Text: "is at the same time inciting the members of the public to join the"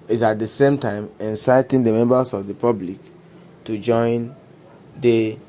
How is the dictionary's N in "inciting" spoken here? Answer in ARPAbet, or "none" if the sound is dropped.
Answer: N